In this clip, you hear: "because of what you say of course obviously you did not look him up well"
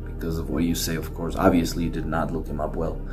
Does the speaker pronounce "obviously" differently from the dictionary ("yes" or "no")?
no